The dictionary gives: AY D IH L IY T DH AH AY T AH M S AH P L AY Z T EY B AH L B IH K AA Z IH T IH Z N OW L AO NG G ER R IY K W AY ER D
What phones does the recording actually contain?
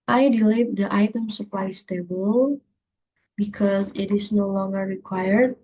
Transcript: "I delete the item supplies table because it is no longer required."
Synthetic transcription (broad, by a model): AY D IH L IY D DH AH AY T AH M S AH P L AY S T EY B AH L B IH K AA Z IH T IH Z N OW L AO NG G ER R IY K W AY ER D